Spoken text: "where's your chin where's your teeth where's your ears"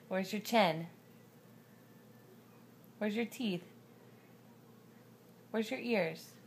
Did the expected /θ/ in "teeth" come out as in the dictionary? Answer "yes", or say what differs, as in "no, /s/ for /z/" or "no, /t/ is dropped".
yes